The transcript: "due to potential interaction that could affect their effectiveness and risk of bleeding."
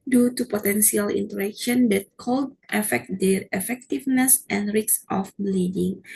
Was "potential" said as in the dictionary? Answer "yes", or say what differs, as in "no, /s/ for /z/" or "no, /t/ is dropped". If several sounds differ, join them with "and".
no, /s/ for /ʃ/